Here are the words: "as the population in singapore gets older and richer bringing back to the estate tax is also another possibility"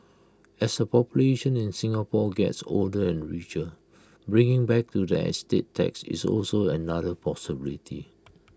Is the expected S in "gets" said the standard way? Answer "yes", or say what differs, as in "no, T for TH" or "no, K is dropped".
yes